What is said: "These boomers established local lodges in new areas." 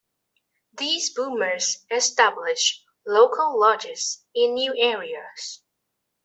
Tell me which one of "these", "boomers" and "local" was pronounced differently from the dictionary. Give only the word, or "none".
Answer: none